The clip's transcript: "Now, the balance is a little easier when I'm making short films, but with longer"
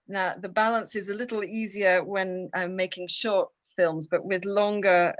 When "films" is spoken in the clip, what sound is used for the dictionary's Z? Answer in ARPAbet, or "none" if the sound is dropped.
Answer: Z